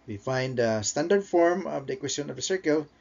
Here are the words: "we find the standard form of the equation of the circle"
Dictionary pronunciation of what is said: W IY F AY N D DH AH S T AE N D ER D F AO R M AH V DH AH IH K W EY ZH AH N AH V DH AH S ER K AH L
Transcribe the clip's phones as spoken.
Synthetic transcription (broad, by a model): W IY F AY N D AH S T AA N D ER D F AO R M AH V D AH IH K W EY S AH N AH V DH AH S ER K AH L